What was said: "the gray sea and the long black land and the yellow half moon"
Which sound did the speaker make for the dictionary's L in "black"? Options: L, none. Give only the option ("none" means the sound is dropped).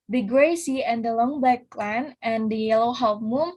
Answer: none